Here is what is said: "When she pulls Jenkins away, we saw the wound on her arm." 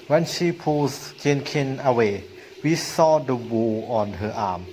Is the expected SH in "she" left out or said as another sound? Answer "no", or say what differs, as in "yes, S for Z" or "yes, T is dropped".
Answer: no